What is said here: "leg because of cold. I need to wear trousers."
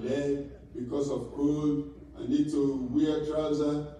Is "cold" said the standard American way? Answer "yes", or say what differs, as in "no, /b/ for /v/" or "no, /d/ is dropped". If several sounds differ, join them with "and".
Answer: no, /l/ is dropped